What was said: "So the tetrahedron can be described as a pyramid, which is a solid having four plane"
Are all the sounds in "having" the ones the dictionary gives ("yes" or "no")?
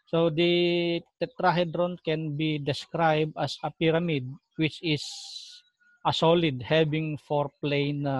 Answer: no